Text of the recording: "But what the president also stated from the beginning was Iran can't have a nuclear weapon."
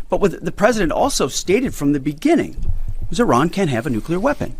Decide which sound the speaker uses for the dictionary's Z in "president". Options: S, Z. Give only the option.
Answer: Z